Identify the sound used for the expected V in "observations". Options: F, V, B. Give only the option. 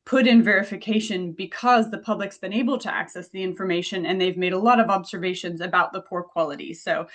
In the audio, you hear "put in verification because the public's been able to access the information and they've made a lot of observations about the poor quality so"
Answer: V